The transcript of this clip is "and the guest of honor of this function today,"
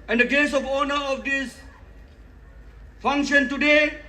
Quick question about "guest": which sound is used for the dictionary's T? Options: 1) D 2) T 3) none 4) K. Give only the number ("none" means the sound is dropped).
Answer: 3